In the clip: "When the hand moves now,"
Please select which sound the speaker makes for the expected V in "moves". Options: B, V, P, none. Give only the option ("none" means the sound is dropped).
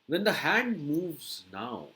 V